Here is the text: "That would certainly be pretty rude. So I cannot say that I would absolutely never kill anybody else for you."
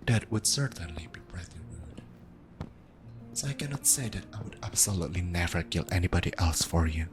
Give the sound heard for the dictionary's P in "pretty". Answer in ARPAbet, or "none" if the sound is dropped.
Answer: B